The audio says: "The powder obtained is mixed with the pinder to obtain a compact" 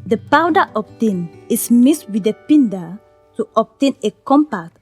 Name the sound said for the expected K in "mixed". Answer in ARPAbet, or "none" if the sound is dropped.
none